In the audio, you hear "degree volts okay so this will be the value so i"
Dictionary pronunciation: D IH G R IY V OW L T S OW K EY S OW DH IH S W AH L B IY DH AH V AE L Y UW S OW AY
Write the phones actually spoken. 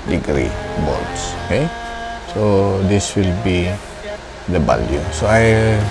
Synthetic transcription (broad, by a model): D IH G R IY B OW T S OW K EY S OW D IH S W AH L B IY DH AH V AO L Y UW S OW AY